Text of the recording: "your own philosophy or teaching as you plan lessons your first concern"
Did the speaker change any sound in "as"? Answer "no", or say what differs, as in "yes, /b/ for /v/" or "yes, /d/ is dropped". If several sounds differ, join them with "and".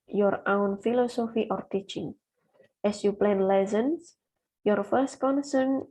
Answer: yes, /s/ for /z/